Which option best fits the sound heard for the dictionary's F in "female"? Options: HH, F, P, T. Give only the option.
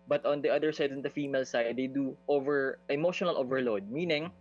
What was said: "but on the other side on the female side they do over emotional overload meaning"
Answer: F